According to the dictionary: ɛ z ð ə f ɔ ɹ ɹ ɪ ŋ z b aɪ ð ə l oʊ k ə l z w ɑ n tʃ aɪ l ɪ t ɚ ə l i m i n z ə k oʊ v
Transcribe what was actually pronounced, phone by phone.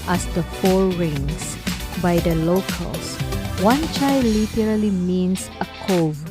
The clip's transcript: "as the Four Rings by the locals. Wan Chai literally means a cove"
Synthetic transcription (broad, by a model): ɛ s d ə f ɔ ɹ ɹ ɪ ŋ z b aɪ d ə l oʊ k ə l s w ɑ n tʃ aɪ l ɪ t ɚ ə l i m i n s ə k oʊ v